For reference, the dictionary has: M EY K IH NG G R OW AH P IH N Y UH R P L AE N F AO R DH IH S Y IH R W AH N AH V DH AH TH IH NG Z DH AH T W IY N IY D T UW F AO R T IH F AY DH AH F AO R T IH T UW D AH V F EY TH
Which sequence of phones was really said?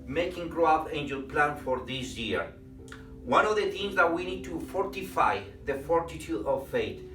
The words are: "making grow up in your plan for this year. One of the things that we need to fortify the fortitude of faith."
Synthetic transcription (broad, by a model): M EY K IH NG G R OW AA F IH N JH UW L P L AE N F AO R DH IH S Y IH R W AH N AH V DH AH T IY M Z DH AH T W IY N IY D T UW F AO R T IH F AY DH AH F AO R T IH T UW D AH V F EY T